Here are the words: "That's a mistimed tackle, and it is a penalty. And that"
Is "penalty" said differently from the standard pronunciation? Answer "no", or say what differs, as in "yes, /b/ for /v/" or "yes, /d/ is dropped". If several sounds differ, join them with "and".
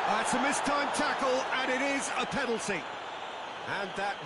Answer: yes, /s/ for /t/